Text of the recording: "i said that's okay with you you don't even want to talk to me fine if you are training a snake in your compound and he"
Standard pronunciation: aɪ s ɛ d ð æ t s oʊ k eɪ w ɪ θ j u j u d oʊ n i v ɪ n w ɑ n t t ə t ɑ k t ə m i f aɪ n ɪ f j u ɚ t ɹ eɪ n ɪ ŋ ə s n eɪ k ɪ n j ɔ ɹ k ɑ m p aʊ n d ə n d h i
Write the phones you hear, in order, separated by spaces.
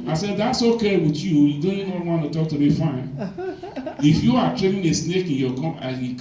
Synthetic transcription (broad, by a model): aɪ s ɛ d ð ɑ t s oʊ k eɪ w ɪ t j u j u d oʊ n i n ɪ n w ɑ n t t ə t ɑ k t ə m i f aɪ n ɪ f j u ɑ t ɹ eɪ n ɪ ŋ ə s n eɪ k ɪ n j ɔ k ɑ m aʊ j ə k